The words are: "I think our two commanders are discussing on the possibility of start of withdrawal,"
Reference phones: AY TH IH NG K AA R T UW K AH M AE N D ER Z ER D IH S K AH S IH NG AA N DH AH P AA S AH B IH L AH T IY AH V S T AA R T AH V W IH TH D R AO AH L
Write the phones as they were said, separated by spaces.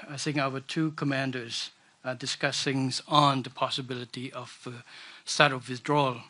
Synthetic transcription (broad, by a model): AY TH IH NG K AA W T UW K AH M AE N D ER Z D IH S K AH S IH NG AA N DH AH P AA S AH B IH L AH T IY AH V S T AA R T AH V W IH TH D R AO L